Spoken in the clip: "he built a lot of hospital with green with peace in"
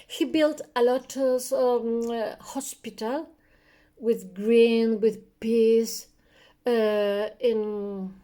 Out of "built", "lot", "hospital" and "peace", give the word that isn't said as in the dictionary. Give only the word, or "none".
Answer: none